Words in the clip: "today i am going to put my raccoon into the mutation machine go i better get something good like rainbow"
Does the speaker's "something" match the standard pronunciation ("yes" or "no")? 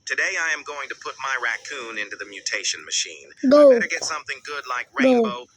yes